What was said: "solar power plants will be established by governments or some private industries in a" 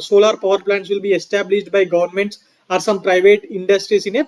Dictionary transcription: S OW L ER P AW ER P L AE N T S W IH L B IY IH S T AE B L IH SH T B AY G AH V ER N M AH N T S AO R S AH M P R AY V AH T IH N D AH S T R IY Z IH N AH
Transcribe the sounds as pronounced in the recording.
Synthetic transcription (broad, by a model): S OW L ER P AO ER P L AE N T S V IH L B IY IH S T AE B L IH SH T B AY G AH V ER N M AH N T S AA R S AH M P R AY V AH T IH N D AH S T R IY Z IH N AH